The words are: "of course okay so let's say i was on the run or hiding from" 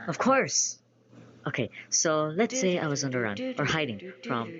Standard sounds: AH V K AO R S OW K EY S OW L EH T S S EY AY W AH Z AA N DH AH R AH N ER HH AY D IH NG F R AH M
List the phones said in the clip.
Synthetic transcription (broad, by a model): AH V K AO R S OW K EY S OW L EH T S S EY AY W AH Z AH N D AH R AH N ER HH AY D IH NG F R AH M